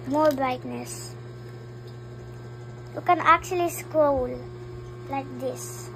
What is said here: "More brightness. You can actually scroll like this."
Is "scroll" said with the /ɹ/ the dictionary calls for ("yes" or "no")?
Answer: no